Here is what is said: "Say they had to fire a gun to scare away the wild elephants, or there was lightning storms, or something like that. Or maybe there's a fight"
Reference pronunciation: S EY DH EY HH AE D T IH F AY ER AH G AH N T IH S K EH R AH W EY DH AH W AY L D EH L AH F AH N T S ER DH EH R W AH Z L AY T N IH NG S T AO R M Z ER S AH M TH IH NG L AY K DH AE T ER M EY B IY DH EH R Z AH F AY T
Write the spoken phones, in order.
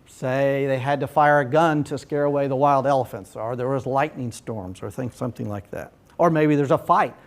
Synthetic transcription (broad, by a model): S EY DH EY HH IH D T IH F AY ER AH G AH N T IH S K EH R AH W EY DH AH W AY L D EH L AH F AH N T S ER DH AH R W AH Z L AY T N IH NG S T AO R M Z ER S AH M TH IH NG L AY K DH AE T ER M EY B IY DH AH R Z AH F AY T